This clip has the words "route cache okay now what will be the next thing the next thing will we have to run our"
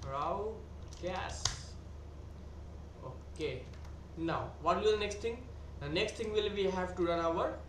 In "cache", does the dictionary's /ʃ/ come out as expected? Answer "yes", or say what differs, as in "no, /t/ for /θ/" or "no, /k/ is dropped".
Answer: no, /s/ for /ʃ/